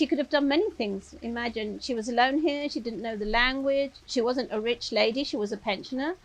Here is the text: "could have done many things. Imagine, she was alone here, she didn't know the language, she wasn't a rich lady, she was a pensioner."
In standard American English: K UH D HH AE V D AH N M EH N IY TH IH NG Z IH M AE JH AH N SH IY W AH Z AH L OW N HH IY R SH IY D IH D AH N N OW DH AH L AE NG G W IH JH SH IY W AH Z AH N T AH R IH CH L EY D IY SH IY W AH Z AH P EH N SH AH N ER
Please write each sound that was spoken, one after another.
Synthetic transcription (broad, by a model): K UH D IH V D AH N M EH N IY TH IH NG Z IH M AE JH AH N SH IY W AH Z AH L OW N HH IY R SH IY D IH D N N OW DH AH L AE NG G W IH JH SH IY W AH Z AH N T AH R IH CH L EY D IY SH IY W AH Z AH P EH N SH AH N ER